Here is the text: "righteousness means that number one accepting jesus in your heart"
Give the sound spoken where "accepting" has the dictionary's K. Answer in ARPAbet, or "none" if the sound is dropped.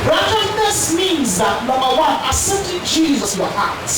none